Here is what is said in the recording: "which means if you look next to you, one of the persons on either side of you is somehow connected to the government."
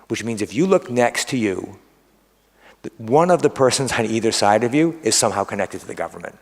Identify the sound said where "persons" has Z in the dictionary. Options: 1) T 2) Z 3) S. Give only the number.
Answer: 2